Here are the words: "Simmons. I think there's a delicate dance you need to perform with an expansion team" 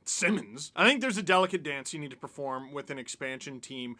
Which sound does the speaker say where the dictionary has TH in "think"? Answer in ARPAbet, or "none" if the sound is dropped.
TH